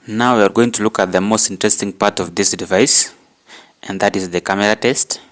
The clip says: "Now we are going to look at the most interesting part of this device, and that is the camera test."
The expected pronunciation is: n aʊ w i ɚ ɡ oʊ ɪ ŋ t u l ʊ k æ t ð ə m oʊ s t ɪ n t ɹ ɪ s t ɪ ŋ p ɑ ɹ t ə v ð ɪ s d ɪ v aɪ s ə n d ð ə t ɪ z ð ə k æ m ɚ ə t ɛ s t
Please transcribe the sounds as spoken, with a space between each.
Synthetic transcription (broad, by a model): n aʊ w i ɚ ɡ oʊ ɪ ŋ t u l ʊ k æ t ð ə m oʊ s t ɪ n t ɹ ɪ s t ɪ ŋ p ɑ ɹ t ə v ð ɪ s d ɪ v aɪ s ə n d ð ə t ɪ z ð ə k æ m ɚ ə t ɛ s t